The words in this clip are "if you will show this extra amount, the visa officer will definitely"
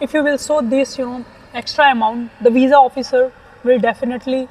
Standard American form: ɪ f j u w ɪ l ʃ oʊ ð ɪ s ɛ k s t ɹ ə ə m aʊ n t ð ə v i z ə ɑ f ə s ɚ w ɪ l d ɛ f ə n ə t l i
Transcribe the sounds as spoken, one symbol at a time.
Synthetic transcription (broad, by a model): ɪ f j u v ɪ l s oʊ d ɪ s ɛ k s t ɹ ə ə m aʊ n t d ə v i z ə ɑ f ə s ɚ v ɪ l d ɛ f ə n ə t l i